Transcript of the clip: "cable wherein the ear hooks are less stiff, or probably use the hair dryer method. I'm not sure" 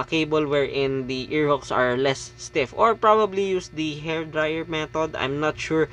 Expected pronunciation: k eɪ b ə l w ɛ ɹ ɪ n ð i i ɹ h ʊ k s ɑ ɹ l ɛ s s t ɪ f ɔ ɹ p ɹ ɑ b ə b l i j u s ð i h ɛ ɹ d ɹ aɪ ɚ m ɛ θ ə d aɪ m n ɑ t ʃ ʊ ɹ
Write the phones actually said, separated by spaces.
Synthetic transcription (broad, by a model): k eɪ b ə l w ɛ ɹ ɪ n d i i ɹ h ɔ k s ɑ ɹ l ɛ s s t ɪ f ɔ ɹ p ɹ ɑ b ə b l i j u s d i h ɛ ɹ d ɹ aɪ ɚ m ɛ t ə d aɪ m n ɑ t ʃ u ɹ